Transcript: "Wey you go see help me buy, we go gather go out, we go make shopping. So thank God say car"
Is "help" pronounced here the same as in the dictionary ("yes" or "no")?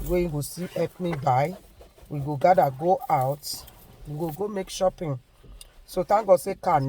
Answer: no